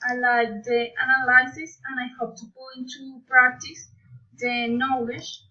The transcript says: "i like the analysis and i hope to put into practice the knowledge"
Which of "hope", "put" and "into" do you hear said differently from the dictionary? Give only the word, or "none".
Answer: put